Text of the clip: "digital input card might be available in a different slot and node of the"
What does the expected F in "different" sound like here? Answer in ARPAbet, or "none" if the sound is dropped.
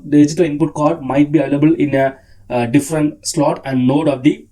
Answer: F